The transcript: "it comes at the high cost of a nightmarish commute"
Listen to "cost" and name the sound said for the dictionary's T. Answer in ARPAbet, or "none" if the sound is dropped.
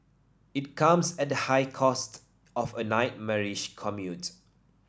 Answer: T